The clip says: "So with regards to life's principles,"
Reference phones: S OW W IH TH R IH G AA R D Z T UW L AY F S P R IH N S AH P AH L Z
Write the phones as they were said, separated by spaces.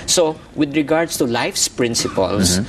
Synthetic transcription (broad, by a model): S OW W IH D R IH G AA R D S T UW L AY F S P R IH N S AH P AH L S